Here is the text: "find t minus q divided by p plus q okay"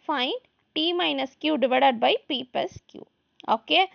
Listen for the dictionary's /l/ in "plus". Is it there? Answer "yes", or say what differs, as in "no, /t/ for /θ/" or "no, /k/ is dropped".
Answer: no, /l/ is dropped